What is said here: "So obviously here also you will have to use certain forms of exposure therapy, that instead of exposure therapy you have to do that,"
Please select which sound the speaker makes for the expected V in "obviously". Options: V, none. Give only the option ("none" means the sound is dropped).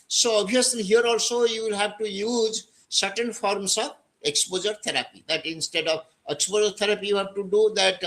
none